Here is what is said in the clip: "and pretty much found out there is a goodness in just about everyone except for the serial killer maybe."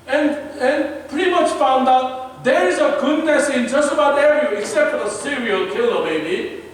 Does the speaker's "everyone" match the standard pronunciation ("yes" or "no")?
no